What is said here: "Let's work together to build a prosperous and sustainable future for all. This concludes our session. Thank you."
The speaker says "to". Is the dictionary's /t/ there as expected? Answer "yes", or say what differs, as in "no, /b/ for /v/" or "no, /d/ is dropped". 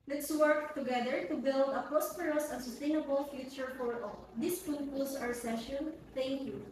yes